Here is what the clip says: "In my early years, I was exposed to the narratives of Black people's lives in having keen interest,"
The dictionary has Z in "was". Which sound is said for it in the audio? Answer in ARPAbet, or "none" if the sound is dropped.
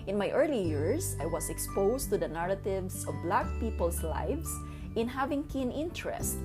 S